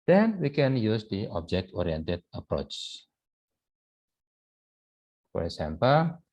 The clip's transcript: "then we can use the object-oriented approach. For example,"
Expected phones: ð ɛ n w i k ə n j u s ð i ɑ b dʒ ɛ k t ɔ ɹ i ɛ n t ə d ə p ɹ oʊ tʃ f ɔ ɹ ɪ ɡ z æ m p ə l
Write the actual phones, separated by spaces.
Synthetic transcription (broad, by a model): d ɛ n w i k ə n j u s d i ɑ b dʒ ɛ k t ɔ ɹ i ɛ n t ə d ə p ɹ oʊ tʃ f ɔ ɹ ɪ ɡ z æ m p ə l